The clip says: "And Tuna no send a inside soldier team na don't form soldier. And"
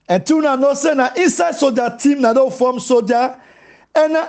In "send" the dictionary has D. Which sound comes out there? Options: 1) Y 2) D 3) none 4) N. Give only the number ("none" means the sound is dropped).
3